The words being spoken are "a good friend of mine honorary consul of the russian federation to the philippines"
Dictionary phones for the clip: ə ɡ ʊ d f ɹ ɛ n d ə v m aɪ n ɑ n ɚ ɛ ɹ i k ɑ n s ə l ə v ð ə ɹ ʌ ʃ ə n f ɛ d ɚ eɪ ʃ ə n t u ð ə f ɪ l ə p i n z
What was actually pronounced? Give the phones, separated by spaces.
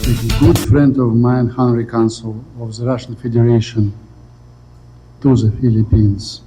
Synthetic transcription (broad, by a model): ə ɡ ʊ d f ɹ ɛ n d ə v m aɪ ɑ n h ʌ ɹ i k ɑ n s ə l ə v ð ə ɹ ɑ ʃ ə n f ɛ d ɚ eɪ ʃ ə n t u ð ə f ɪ l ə p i n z